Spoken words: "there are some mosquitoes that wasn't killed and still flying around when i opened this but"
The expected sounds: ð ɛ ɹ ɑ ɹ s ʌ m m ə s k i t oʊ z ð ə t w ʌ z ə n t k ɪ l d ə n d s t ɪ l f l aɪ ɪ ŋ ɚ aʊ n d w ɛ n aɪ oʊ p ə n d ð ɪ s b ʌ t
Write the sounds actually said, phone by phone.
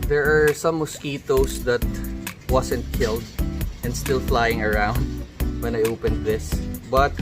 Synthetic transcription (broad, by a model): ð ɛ ɹ ɑ ɹ s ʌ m m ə s k i t oʊ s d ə t w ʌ s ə n t k ɪ l d ə n d s t ɪ l f l aɪ ɪ ŋ ɚ aʊ n d w ɛ n aɪ oʊ p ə n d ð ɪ s b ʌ t